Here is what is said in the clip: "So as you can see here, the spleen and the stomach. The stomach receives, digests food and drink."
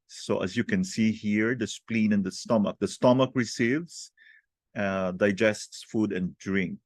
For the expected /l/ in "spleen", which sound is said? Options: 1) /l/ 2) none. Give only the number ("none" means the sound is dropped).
1